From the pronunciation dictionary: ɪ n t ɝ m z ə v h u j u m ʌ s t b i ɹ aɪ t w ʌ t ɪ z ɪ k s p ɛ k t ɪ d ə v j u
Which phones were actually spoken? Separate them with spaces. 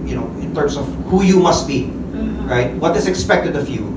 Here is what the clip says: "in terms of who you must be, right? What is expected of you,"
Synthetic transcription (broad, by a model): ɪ n t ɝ m s ə v h u j u m ʌ s t b i ɹ aɪ t w ʌ t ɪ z ɪ k s p ɛ k t ɪ d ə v j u